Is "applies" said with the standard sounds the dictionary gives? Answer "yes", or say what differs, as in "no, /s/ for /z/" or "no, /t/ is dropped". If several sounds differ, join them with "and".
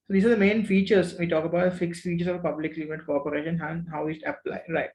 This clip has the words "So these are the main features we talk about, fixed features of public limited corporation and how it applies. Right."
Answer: no, /z/ is dropped